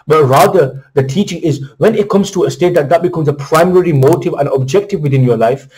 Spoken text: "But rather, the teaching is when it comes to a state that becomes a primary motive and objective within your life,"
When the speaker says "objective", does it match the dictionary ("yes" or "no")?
yes